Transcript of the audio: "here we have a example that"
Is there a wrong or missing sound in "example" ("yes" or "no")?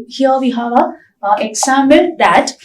yes